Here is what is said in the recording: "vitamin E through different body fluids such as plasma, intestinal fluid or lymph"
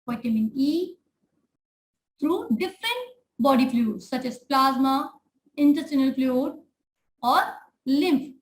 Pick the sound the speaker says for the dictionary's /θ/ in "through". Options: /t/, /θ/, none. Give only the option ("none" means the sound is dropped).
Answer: /t/